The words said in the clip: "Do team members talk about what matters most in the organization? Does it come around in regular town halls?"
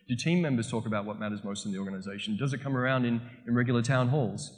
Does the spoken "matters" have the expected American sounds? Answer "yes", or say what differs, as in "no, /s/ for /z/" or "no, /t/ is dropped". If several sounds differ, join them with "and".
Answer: yes